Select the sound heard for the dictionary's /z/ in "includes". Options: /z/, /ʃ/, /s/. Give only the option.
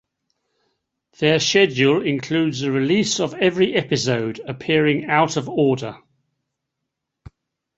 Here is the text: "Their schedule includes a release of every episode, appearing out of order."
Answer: /z/